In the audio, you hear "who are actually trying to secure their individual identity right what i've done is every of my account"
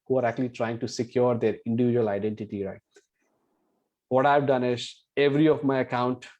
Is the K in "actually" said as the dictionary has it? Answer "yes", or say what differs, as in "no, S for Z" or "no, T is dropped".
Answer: yes